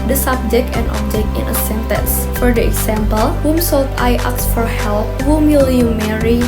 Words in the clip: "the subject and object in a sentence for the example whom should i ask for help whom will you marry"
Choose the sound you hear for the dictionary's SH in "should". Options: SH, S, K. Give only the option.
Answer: S